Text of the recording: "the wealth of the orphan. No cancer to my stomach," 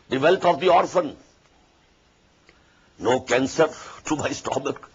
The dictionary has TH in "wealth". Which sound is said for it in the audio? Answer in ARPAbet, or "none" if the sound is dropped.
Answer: T